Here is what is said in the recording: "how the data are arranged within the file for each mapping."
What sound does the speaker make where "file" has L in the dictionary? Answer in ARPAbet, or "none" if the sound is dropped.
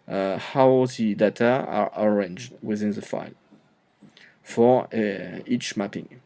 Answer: L